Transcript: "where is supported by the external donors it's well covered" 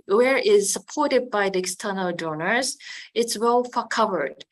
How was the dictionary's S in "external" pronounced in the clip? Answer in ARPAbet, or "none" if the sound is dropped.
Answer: S